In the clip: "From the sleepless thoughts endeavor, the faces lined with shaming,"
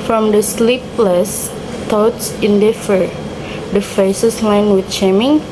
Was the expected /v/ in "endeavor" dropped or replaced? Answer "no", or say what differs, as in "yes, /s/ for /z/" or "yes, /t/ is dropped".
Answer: yes, /f/ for /v/